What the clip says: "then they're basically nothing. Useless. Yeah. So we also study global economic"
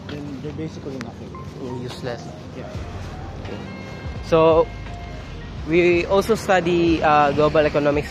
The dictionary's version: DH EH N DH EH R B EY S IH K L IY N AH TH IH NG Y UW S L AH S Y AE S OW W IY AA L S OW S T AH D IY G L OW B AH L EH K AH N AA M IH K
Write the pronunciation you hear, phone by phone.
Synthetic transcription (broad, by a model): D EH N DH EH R B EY S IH K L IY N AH F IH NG Y UW S L AH S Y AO S OW W IY AA L S OW S T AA D IY G L OW B AH L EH K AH N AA M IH K